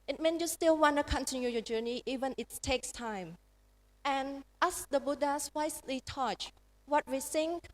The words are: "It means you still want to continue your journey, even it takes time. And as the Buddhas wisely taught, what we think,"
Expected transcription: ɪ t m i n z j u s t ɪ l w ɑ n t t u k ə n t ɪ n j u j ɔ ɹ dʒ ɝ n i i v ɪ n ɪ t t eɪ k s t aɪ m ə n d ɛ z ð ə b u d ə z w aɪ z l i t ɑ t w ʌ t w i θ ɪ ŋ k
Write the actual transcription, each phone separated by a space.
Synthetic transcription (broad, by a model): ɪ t m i n j u s t ɪ l w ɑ n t t u k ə n t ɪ n j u j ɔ dʒ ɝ n i i v ɪ n ɪ t t eɪ k s t aɪ m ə n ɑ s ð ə b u d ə s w aɪ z l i t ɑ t w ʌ t w i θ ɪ ŋ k